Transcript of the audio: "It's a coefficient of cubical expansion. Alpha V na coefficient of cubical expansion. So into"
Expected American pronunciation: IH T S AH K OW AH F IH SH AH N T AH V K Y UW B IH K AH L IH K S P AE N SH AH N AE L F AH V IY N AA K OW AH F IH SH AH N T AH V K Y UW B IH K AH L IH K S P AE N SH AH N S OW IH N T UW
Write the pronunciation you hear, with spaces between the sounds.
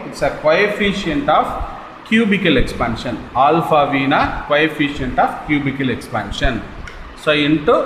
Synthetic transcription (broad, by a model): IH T S AH K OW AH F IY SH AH N T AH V K Y UW B IH K AH L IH K S P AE N SH AH N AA L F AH V IY N AA K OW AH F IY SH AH N T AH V K Y UW B IH K AH L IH K S P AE N SH AH N S OW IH N T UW